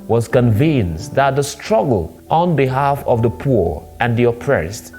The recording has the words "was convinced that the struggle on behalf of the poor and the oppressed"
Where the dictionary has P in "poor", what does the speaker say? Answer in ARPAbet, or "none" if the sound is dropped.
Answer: P